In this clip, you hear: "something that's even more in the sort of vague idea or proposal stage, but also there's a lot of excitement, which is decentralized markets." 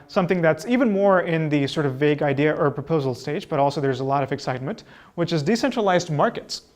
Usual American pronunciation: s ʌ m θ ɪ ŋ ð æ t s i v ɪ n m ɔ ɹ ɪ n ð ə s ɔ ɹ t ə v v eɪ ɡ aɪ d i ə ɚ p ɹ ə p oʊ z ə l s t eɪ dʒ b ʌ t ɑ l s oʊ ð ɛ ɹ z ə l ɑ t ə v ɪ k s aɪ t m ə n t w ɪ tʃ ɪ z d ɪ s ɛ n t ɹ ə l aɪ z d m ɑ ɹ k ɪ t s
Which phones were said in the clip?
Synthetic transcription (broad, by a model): s ʌ m θ ɪ ŋ ð æ t s i v ɪ n m ɔ ɹ ɪ n ð ə s ɔ ɹ t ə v v eɪ ɡ aɪ d i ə ɚ p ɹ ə p oʊ z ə l s t eɪ dʒ b ʌ t ɑ l s oʊ ð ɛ ɹ z ə l ɑ t ə v ɪ k s aɪ t m ə n t w ɪ tʃ ɪ z d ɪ s ɛ n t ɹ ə l aɪ z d m ɑ ɹ k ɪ t s